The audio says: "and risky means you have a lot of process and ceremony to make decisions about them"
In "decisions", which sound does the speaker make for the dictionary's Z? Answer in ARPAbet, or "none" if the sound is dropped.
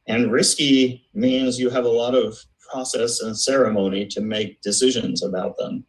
Z